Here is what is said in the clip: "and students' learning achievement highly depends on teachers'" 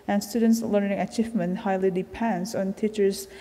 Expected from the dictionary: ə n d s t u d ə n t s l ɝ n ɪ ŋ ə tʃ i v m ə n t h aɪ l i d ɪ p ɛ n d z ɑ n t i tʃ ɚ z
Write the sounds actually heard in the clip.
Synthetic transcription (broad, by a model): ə n s t u d ə n t s l ɝ n ɪ ŋ ə tʃ i v m ə n t h aɪ l i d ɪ p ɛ n d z ɑ n t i tʃ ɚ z